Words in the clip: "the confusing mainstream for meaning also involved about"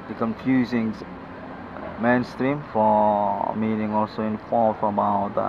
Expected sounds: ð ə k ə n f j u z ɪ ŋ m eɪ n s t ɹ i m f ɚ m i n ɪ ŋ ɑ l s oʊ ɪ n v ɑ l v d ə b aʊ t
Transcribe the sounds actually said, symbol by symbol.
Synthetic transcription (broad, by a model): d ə k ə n f j u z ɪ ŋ m eɪ n s t ɹ i m f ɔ m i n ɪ ŋ ɑ l s oʊ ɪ n f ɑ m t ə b aʊ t